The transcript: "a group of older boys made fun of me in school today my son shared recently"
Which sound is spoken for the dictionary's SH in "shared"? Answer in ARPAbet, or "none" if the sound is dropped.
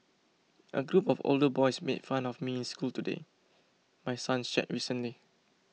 S